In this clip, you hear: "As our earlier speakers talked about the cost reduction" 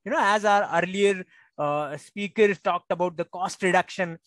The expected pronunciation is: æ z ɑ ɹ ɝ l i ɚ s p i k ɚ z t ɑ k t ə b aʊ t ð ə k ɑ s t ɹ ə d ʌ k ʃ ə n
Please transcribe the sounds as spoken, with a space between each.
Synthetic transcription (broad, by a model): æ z ɑ ɹ ɝ l i ɚ s p i k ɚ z t ɑ k t ə b aʊ t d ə k ɑ s t ɹ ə d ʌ k ʃ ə n